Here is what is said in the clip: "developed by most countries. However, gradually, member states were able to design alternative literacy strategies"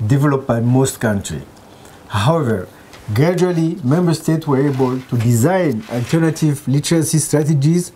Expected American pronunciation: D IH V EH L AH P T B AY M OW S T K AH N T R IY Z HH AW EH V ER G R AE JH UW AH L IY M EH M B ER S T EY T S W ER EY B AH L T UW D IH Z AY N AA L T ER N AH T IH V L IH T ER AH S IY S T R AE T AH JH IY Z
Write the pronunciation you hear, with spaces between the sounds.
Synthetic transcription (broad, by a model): D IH V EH L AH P B AY M OW S T K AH N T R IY HH AW EH V ER G R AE JH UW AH L IY M EH M B ER S T EY T S W ER EY B AH L T UW D IH Z AY N AA L T ER N AH T IH V L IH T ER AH S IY S T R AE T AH JH IY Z